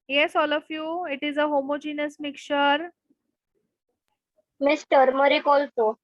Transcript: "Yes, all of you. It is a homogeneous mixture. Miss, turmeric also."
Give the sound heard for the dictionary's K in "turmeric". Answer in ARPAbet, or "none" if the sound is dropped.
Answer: K